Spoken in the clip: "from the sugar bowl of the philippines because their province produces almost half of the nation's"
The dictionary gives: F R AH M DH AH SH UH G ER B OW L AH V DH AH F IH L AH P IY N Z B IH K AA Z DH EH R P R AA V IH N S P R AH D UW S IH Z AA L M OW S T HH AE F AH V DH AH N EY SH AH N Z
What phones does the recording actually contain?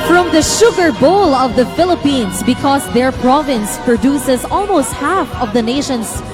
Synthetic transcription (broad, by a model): F R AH M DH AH SH UH G ER B OW L AH V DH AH F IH L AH P IY N S B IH K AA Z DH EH R P R AA V IH N S P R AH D UW S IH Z AA L M OW S T HH AE F AH V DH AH N EY SH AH N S